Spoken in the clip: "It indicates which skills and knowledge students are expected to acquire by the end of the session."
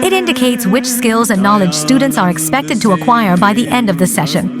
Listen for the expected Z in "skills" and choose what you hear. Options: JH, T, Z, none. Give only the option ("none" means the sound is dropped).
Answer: Z